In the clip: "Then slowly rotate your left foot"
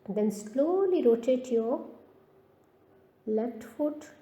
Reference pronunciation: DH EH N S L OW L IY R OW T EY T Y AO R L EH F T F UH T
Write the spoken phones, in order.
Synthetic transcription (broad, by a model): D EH N S L OW L IY R OW T EY T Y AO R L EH T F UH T